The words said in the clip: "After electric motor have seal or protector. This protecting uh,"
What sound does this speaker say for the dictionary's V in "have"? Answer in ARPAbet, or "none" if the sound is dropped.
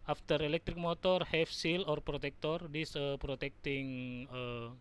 F